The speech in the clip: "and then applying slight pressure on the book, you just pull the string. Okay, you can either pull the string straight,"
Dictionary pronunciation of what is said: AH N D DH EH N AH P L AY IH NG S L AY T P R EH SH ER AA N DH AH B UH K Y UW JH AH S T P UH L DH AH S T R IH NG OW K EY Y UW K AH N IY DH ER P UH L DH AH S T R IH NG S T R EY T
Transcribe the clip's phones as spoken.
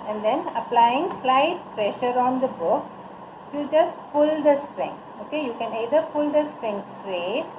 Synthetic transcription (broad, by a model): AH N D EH N AH P L AY IH NG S L AY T P R EH SH ER AA N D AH B UH K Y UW JH AH S T P UH L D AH S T R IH NG OW K EY Y UW K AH N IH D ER P UH L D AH S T R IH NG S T R EY